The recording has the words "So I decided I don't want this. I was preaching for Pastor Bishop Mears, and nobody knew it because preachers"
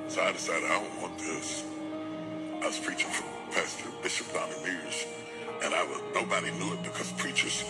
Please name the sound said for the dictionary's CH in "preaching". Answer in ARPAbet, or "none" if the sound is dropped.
CH